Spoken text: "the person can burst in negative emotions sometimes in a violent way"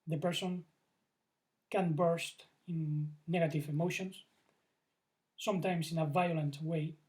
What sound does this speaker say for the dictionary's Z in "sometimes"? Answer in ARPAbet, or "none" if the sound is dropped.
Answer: S